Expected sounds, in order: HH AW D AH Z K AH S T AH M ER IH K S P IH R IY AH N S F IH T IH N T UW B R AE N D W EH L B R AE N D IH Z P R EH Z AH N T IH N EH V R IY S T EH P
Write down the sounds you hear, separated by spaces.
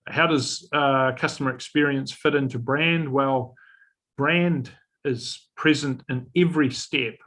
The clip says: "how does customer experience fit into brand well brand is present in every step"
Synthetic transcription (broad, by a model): HH AW D AH Z K AH S T AH M ER IH K S P IH R IY AH N S F IH T IH N T UW B R AE N D W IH L B R AE N D IH Z P R EH Z AH N T IH N EH V R IY S T EH P